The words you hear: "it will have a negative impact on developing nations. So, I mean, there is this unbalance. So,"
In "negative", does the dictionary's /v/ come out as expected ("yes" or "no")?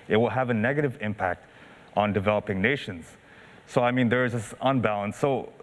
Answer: yes